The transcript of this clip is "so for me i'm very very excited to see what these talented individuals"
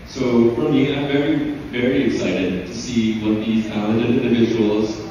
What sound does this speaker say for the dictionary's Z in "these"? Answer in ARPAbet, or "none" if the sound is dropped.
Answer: Z